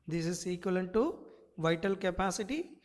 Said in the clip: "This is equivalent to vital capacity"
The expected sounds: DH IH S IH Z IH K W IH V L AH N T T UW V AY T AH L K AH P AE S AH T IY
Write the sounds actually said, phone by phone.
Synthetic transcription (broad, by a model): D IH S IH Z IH K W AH L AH N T T UW V AY T AH L K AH P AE S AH T IY